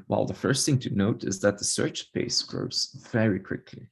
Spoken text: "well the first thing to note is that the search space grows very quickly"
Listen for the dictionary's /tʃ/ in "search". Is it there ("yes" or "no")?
yes